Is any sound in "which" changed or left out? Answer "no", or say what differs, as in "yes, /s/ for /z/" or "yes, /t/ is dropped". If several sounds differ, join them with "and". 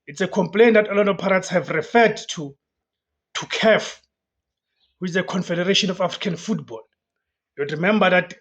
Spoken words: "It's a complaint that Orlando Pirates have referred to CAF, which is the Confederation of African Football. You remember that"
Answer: yes, /tʃ/ is dropped